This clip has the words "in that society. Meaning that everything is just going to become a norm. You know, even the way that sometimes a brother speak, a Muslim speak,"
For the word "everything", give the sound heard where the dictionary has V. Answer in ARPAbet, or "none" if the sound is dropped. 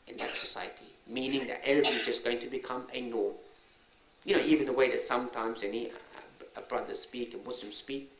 none